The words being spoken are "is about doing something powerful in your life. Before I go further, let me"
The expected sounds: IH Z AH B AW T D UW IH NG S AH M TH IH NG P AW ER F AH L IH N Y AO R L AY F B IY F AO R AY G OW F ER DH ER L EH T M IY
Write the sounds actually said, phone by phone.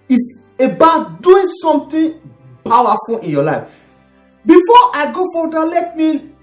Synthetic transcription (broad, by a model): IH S AH B AW T D UW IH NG S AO M T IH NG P AW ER F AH L IH N Y AO L AY F B IY F AO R AY G OW F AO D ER L EH T M IY